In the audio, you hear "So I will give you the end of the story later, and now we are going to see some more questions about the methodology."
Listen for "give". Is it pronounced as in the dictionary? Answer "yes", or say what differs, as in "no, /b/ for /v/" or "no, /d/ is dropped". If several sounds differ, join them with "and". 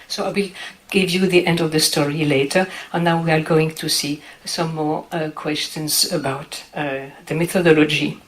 yes